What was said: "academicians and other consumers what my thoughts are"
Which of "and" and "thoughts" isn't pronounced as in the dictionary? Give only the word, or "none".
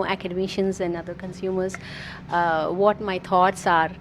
thoughts